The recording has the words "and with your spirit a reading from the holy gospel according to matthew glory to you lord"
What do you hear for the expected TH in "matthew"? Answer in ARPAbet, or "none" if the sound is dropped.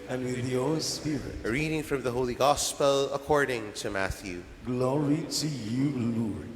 TH